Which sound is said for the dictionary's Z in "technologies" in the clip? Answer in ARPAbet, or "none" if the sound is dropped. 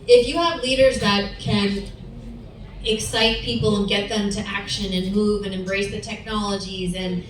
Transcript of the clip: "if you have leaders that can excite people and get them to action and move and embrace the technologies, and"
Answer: Z